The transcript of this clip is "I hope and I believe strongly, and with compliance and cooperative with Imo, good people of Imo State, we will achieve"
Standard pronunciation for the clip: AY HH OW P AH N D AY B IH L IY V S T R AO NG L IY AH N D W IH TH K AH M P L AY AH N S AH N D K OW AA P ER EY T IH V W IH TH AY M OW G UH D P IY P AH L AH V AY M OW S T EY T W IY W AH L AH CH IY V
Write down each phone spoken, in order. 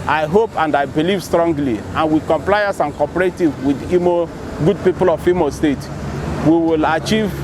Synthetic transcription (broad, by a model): AY HH OW P AH N D AY B IH L IY V S T R AO NG L IY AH N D W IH K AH M P L AY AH S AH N K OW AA P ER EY T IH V W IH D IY M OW G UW D P IY P AH L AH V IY M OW S T EY T W IY W AH L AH CH IY V